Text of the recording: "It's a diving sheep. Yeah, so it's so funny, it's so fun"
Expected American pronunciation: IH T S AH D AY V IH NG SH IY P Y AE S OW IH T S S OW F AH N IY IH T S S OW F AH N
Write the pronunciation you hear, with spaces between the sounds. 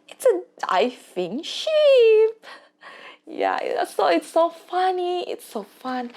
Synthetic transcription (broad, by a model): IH T S AH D AY F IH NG SH IY P Y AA S OW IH T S S OW F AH N IY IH T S S OW F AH N